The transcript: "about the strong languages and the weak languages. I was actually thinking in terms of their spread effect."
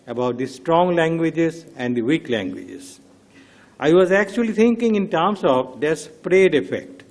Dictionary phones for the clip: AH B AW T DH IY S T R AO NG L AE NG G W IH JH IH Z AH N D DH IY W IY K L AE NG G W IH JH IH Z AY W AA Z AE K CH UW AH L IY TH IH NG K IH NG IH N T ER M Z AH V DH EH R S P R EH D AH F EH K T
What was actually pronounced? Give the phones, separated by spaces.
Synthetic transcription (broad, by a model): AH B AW T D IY S T R AO NG L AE NG G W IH JH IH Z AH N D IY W IY K L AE NG G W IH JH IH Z AY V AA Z AE K CH UW AH L IY T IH NG K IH NG IH N T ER M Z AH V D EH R S P R EH D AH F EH K T